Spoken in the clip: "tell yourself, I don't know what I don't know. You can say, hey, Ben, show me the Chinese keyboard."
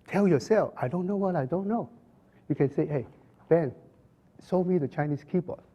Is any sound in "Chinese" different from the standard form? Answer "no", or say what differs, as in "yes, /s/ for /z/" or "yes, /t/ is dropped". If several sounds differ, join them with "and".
yes, /s/ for /z/